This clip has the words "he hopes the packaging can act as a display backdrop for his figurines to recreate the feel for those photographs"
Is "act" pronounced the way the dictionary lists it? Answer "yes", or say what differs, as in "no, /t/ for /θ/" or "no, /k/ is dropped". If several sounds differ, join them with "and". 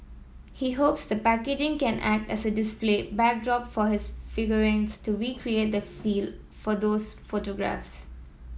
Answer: yes